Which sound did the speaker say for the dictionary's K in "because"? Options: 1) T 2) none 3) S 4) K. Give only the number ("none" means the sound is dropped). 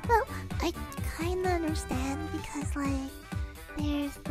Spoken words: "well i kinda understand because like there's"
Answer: 4